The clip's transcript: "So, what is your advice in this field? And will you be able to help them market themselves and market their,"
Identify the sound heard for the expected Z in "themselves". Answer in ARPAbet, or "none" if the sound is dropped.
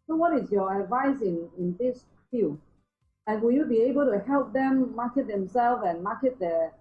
none